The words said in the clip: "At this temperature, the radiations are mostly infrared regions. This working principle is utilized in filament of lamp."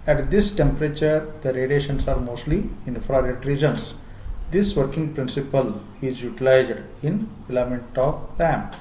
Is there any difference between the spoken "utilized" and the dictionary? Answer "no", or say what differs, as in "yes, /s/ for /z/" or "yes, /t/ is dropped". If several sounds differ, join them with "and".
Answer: no